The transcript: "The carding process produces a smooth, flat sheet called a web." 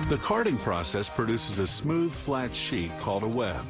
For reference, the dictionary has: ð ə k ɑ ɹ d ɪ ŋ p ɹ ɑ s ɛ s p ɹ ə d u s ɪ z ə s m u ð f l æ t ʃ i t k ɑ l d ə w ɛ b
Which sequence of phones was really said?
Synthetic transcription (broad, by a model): ð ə k ɑ ɹ d ɪ ŋ p ɹ ɑ s ɛ s p ɹ ə d u s ɪ z ə s m u ð f l æ t ʃ i t k ɑ l d ə w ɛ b